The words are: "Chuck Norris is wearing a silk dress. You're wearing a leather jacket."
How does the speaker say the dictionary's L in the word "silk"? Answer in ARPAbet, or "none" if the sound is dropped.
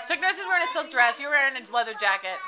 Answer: L